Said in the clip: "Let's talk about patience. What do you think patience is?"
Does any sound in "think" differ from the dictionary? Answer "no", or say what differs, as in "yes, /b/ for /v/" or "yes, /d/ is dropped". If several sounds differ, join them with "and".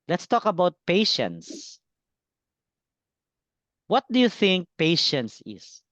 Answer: no